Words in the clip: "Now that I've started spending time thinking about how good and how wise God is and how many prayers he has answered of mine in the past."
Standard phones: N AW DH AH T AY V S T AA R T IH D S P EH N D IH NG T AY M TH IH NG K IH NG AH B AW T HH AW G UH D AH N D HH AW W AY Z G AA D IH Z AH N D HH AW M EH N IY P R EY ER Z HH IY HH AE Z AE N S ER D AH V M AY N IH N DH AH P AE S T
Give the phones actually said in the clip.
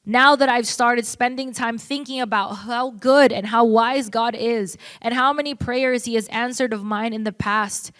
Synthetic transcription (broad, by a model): N AW DH AH T AY V S T AA R T IH D S P EH N D IH NG T AY M TH IH NG K IH NG AH B AW T HH AW G UH D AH N HH AW W AY Z G AA D IH Z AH N HH AW M EH N IY P R EY ER Z HH IY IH Z AE N S ER D AH V M AY N IH N DH AH P AE S T